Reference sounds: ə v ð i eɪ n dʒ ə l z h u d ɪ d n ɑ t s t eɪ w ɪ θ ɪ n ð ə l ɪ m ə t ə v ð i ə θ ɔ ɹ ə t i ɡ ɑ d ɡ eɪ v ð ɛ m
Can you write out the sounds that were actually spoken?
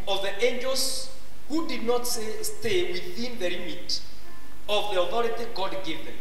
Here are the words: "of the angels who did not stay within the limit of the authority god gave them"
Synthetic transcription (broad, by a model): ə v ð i eɪ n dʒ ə l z h u d ɪ d n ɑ t s t eɪ w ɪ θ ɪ n ð ə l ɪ m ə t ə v ð i ə θ ɔ ɹ ə t i ɡ ɑ d ɡ eɪ v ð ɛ m